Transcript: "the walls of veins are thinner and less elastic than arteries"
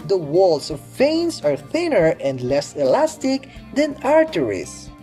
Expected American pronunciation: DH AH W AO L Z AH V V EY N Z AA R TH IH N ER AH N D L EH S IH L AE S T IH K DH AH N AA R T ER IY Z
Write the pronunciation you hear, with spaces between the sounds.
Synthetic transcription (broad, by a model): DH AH W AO L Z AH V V EY N S AA R TH IH N ER AH N D L EH S IH L AE S T IH K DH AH N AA R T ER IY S